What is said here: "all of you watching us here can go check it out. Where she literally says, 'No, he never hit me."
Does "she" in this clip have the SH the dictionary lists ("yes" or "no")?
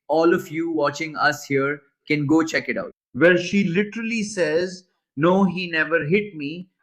yes